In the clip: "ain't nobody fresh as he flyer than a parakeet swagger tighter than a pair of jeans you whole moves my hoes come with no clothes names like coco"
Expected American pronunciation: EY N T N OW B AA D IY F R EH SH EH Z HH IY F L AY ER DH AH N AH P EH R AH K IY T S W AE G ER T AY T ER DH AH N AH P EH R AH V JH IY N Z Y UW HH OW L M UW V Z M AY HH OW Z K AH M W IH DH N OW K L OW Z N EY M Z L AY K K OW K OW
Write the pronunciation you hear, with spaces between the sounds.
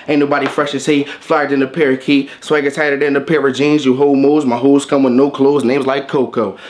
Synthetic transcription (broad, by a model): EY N N OW B AA D IY F R EH SH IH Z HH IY F L AY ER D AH N AH P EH R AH K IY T S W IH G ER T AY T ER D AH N AH P EH R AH JH IY N Z Y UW HH OW L M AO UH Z M AY HH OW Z K AH M W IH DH N OW K L OW Z N EY M Z L AY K K OW K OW